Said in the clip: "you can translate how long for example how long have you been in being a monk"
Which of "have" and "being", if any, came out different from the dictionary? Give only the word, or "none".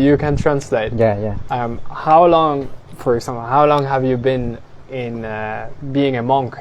none